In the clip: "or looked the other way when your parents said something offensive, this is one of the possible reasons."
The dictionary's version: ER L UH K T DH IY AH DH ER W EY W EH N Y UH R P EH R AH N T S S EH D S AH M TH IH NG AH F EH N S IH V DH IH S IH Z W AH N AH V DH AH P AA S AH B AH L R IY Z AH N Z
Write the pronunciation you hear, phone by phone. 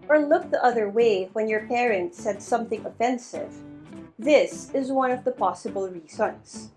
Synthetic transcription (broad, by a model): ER L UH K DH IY AH DH ER W EY W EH N Y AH R P EH R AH N T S S EH D S AH M TH IH NG AH F EH N S IH V DH IH S IH Z W AH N AH V DH AH P AA S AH B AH L R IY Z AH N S